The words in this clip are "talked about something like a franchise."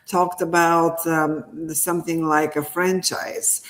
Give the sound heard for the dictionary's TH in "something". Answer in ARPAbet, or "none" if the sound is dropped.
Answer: TH